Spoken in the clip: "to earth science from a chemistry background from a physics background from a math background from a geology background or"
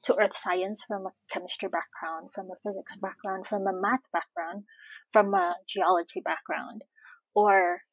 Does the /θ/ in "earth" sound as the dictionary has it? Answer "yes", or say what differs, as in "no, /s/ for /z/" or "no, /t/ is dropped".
yes